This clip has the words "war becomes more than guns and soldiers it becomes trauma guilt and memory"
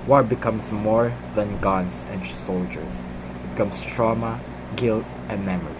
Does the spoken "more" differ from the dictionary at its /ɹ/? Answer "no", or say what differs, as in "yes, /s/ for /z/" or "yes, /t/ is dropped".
no